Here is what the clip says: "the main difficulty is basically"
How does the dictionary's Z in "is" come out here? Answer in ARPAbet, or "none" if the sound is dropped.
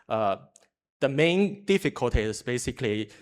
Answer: S